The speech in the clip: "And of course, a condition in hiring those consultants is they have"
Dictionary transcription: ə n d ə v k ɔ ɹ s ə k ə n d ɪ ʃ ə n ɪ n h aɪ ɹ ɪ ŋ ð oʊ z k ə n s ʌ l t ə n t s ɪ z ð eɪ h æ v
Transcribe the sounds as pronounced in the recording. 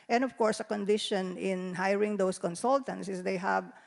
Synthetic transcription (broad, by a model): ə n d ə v k ɔ ɹ s ə k ə n d ɪ ʃ ə n ɪ n h aɪ ɹ ɪ ŋ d oʊ s k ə n s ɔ l t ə n t s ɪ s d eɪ h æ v